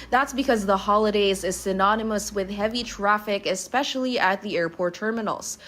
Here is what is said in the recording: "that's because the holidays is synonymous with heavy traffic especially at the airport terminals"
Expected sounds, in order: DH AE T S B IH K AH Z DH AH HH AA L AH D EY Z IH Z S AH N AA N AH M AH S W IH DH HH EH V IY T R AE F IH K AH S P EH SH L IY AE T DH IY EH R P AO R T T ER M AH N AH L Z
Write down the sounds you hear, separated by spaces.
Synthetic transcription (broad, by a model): DH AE T S B IH K AH Z DH AH HH AA L AH D EY Z IH Z S AH N AA N AH M AH S W IH DH HH EH V IY T R AE F IH K AH S P EH SH L IY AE T DH IY EH R P AO R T T ER M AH N L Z